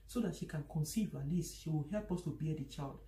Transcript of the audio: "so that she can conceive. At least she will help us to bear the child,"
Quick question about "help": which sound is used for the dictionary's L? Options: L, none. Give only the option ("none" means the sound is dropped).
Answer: L